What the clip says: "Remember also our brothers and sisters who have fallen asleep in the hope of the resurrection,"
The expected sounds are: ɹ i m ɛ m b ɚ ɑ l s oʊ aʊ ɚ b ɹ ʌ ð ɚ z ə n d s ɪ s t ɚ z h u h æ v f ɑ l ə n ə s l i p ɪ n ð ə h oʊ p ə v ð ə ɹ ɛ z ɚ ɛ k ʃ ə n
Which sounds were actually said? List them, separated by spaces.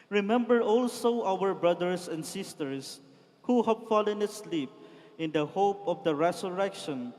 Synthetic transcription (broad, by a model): ɹ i m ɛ m b ɚ ɑ l s oʊ aʊ ɚ b ɹ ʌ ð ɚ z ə n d s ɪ s t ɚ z h u h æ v f ɑ l ə n ə s l i p ɪ n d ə h oʊ p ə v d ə ɹ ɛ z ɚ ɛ k ʃ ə n